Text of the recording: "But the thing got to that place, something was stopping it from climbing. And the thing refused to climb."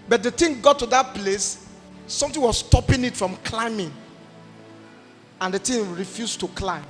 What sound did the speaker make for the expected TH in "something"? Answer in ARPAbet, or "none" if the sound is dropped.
T